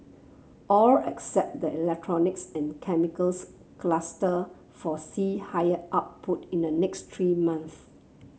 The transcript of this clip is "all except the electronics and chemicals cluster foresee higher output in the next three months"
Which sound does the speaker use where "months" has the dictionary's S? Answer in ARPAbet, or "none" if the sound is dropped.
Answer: none